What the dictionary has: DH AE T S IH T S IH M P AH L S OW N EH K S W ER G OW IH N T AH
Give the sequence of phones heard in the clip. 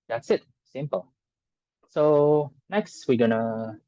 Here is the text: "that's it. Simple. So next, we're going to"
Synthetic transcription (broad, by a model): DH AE T S IH T S IH M P AH L S OW N EH K S W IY G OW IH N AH